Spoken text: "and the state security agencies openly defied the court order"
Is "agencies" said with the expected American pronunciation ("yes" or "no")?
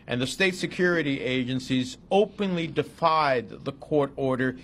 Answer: yes